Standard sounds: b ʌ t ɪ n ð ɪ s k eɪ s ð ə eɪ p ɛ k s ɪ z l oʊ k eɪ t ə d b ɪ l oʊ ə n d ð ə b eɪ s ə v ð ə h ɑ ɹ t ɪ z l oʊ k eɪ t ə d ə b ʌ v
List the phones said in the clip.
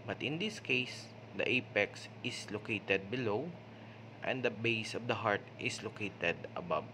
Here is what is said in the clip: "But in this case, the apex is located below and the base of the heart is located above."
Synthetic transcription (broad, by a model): b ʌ t ɪ n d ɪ s k eɪ s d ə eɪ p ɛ k s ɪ s l oʊ k eɪ t ə d b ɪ l oʊ ə n d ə b eɪ s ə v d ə h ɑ ɹ t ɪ s l oʊ k eɪ t ə d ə b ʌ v